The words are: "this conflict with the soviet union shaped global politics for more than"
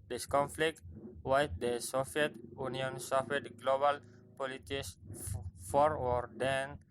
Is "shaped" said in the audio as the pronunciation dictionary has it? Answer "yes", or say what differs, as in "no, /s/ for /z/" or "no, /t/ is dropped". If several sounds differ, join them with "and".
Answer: no, /s/ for /ʃ/ and /f/ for /p/